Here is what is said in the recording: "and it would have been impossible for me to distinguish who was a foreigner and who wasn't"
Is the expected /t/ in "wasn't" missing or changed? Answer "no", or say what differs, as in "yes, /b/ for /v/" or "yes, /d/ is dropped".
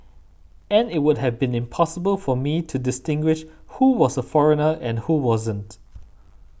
no